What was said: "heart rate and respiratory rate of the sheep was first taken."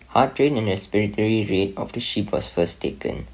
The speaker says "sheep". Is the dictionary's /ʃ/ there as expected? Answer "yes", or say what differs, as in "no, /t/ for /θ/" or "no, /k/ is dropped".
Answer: yes